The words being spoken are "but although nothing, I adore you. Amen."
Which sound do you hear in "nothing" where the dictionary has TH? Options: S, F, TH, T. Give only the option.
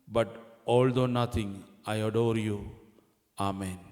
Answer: T